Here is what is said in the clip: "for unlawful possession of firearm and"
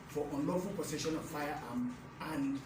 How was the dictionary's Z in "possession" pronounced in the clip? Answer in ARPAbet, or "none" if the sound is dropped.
S